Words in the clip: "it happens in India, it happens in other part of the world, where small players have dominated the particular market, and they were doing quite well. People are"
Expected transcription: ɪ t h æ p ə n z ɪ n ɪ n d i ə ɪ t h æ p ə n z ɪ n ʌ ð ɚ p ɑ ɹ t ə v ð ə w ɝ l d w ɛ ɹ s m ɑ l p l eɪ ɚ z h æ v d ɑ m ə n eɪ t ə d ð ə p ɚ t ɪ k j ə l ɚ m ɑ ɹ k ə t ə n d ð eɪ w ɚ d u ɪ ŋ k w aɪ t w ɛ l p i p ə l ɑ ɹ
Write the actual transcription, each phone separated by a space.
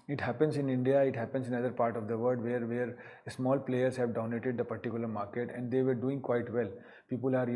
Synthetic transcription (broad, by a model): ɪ t h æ p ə n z ɪ n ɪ n d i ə ɪ t h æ p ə n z ɪ n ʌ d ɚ p ɑ ɹ t ə v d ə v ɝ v d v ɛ ɹ s m ɑ l p l eɪ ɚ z h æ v d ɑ ə n eɪ t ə d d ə p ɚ t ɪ k j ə l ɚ m ɑ ɹ k ə t ə n d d eɪ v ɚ d u ɪ ŋ k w aɪ t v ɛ l p i p ə l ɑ ɹ